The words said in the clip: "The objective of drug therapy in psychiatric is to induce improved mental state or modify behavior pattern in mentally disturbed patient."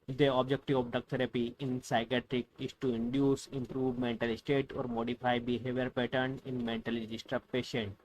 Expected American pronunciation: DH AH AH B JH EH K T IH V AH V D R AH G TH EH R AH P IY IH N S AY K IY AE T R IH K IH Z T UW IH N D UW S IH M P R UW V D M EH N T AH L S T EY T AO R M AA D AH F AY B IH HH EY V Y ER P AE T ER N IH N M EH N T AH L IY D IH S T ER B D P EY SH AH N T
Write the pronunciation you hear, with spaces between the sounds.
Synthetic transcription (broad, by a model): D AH AH B JH EH K T IH V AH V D AH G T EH R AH P IY IH N S AY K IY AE T R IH K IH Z T UW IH N D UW S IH M P R UW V M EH N T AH L S T EY T AO R M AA D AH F AY B IH HH EY V Y ER P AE T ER N IH N M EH N T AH L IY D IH S T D P EY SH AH N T